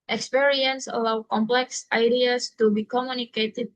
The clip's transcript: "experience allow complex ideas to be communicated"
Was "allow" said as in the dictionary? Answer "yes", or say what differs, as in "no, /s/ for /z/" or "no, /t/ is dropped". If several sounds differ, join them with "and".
yes